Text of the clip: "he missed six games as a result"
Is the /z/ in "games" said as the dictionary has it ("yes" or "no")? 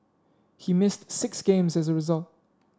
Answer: yes